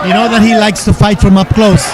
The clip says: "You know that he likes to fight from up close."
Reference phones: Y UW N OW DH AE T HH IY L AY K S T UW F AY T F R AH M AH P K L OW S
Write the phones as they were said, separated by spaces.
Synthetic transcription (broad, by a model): Y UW N OW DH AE T HH IY L AY K S T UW F AY T F R AH M AH P K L OW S